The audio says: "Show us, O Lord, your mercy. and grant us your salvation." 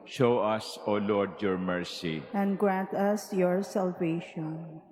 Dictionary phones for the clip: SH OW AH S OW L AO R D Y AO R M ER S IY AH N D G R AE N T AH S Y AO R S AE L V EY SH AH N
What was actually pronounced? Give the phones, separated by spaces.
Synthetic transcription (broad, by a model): SH OW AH S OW L AO R D Y AO R M ER S IY AH N D G R AE N T AH S Y AO R S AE L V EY SH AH N